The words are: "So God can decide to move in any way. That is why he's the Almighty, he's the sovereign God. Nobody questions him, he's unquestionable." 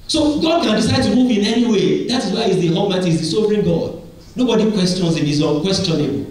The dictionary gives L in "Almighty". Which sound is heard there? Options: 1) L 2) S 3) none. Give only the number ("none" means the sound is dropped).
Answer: 3